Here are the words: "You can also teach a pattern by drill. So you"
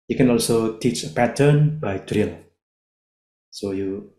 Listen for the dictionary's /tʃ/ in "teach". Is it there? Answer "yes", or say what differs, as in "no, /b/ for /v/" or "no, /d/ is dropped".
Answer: yes